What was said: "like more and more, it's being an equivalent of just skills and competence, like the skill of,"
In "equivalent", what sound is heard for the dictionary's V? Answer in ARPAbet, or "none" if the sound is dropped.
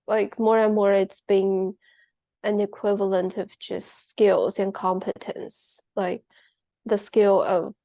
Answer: V